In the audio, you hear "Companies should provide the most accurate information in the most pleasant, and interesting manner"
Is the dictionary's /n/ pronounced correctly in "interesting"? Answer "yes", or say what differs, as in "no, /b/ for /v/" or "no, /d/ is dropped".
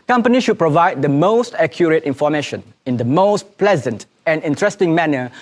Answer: yes